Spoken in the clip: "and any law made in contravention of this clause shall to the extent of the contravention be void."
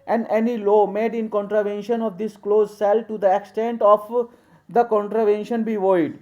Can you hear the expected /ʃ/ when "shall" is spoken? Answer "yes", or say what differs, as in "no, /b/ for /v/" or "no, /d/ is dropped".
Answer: no, /s/ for /ʃ/